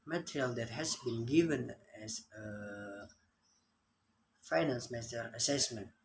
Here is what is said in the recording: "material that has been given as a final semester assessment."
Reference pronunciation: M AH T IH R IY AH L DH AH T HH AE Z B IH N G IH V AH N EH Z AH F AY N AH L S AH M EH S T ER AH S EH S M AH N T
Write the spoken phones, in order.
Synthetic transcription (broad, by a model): M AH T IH R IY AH L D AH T HH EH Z B IH N G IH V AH N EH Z AH F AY N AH N S M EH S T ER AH S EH S M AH N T